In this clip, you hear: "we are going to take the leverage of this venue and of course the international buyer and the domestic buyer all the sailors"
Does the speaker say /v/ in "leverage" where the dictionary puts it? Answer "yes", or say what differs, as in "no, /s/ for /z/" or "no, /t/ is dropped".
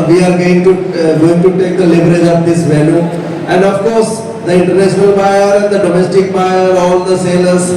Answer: no, /b/ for /v/